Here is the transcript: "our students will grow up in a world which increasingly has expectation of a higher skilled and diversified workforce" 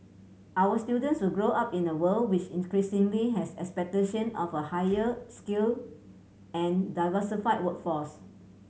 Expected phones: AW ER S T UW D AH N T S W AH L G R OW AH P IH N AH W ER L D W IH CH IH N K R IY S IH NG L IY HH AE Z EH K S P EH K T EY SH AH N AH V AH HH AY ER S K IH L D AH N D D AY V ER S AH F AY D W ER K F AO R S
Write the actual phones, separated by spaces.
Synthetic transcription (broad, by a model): AW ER S T UW D AH N T S W AH L G R OW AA P IH N AH W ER L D W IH CH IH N K R IY S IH NG L IY HH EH S EH K S P EH K T EY SH AH N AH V AH HH AY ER S K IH L AH N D D AY V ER S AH F AY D W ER K F AO S